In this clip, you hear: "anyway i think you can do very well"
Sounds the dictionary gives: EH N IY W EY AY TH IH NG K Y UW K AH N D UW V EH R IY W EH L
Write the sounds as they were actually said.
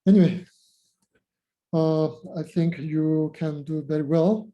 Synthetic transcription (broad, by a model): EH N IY W EY AY TH IH NG K Y UW K AH N D UW B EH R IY W EH L